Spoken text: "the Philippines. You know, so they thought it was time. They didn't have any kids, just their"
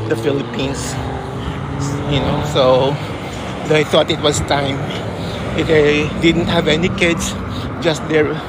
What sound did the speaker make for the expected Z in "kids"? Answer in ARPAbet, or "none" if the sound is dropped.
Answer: S